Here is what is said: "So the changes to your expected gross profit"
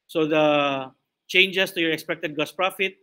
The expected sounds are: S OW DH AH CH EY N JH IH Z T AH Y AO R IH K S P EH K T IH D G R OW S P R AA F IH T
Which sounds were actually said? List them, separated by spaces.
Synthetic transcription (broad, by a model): S OW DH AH CH EY N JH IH S T AH Y AO R IH K S P EH K T IH D G OW S P R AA F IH T